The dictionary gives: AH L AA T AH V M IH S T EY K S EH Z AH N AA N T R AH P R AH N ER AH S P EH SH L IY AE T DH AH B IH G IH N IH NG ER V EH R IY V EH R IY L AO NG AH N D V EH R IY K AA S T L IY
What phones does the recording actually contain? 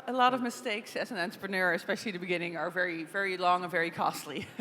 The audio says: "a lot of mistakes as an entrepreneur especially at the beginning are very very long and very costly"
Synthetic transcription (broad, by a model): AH L AA T AH V M IH S T EY K S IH Z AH N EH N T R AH P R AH N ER AH S P EH SH L IY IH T DH AH B IH G IH N IH NG ER V EH R IY V EH R IY L AO NG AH N V EH R IY K AA S T L IY